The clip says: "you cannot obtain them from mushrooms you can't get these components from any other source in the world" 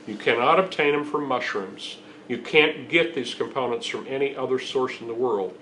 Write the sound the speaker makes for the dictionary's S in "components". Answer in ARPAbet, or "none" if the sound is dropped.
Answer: S